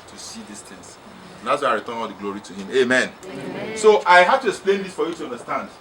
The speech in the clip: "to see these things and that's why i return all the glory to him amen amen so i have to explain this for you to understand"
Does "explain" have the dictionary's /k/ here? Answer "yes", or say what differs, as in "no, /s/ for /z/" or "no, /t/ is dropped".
yes